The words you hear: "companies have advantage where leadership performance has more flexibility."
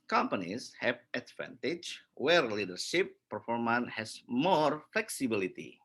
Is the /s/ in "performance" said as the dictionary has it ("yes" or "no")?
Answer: no